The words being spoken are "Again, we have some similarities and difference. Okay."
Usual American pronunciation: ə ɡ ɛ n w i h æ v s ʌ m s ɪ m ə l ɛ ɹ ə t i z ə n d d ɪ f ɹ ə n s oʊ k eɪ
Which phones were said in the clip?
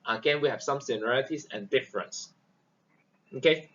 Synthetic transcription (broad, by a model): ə ɡ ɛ n w i h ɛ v s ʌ m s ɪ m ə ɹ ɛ l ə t i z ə n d d ɪ f ɹ ə n s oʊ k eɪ